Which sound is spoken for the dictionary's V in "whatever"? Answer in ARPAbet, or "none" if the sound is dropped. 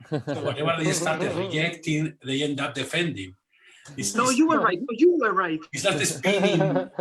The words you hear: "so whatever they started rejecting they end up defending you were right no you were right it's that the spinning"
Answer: B